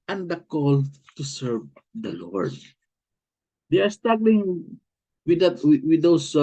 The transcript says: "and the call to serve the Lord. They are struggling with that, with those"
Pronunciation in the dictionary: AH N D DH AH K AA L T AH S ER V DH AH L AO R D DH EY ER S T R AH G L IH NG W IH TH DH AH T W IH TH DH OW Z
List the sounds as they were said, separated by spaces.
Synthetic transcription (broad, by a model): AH N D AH K AA L T AH S ER V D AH L AO R D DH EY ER S T AA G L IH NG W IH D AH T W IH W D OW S